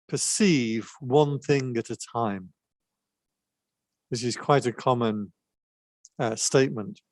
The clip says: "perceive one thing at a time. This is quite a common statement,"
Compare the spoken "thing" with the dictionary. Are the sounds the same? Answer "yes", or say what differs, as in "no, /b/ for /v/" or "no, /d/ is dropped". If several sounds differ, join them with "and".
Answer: yes